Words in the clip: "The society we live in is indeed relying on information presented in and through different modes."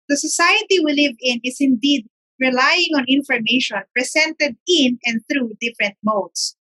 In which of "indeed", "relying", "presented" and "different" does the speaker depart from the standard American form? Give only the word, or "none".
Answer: presented